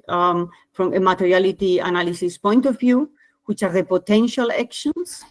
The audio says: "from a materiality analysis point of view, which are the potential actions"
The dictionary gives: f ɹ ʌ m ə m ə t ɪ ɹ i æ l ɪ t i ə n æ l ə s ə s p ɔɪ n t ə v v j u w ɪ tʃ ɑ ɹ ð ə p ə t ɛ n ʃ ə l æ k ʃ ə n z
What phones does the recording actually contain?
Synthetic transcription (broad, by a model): f ɹ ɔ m ə m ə t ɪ ɹ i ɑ l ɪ t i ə n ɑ l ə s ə s p ɔɪ n t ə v v j u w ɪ tʃ ɑ ɹ ð ə p ə t ɛ n ʃ ə l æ k ʃ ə n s